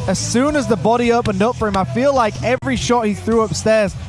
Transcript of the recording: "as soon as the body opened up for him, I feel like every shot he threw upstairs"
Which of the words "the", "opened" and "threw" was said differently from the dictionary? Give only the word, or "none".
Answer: none